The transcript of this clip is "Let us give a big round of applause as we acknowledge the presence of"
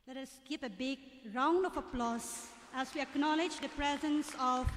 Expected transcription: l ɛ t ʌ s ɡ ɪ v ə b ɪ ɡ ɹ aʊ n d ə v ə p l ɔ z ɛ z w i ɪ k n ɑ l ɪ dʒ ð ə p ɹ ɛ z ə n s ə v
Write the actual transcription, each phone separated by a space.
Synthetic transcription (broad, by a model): l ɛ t ʌ s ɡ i p ə b ɪ ɡ ɹ aʊ n d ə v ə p l ɔ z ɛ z w i ɪ k n ɑ l ɪ dʒ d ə p ɹ ɛ z ə n s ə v